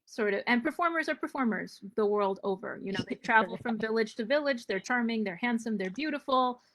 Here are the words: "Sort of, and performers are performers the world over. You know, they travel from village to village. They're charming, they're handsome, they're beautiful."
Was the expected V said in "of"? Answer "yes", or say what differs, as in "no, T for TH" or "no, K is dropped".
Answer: yes